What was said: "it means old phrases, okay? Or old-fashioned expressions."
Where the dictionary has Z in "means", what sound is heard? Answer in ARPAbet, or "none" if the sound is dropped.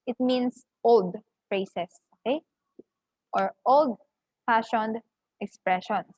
S